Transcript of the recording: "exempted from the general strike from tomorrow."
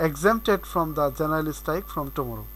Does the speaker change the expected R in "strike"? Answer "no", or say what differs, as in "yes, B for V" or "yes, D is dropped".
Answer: yes, R is dropped